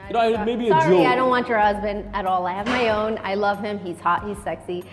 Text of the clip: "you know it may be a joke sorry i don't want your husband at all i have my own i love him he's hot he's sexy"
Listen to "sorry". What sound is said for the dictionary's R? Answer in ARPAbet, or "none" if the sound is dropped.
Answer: none